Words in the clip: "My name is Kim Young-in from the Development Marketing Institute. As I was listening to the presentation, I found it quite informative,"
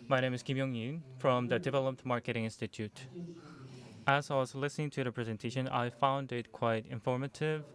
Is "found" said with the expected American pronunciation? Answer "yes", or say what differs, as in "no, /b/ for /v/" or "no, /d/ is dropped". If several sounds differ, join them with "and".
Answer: yes